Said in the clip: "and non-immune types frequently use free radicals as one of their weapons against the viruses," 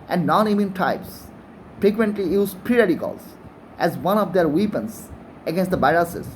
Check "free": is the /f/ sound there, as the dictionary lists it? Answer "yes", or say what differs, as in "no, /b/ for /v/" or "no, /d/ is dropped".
no, /p/ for /f/